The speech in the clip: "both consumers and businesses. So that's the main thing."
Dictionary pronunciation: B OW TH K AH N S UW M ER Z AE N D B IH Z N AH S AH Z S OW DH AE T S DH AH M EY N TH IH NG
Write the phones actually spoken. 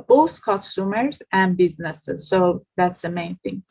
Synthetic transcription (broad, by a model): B OW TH K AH S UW M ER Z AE N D B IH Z N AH S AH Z S OW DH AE T S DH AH M EY N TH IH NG